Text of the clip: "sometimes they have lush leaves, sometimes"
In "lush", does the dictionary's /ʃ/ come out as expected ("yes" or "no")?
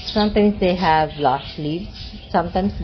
no